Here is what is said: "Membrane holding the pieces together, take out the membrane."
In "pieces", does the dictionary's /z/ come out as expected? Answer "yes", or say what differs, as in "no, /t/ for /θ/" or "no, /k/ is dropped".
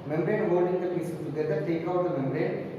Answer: no, /z/ is dropped